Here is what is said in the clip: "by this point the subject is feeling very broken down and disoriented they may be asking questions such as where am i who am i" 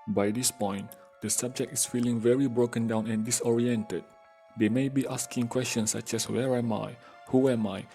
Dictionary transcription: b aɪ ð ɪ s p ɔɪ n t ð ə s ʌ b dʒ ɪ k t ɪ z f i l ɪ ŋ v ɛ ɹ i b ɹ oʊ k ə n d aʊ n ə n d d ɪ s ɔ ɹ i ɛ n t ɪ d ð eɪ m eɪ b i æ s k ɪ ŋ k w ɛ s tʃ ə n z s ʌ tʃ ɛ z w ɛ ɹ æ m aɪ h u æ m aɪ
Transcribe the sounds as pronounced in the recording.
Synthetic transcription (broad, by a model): b aɪ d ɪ s p ɔɪ n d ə s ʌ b dʒ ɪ k t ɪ s f i l ɪ ŋ v ɛ ɹ i b ɹ oʊ k ə n d aʊ n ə n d d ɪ s ɔ ɹ i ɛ n t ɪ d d eɪ m eɪ b i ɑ s k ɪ ŋ k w ɛ s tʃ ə n s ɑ tʃ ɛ s w ɛ ɹ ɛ m aɪ h u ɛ m aɪ